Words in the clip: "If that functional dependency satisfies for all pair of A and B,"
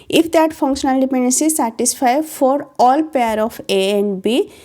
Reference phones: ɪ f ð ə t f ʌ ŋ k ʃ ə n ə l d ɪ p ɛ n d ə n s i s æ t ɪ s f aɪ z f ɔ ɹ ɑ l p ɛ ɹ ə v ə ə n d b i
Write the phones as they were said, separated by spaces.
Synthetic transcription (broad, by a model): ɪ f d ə t f ʌ ŋ k ʃ ə n ə l d ɪ p ɛ n d ə n s i s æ t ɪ s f aɪ f ɔ ɹ ɑ l p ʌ ɹ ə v ə ə n d b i